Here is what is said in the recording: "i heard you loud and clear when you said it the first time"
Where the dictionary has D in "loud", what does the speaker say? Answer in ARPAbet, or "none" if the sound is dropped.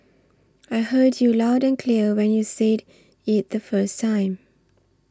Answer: D